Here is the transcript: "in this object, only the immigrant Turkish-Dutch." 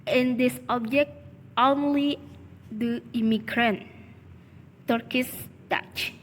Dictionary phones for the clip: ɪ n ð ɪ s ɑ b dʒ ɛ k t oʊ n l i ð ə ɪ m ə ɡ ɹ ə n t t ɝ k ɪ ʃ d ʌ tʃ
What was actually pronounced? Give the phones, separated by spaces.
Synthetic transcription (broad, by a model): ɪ n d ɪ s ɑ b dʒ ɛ k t oʊ n l i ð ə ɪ m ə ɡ ɹ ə n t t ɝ k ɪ s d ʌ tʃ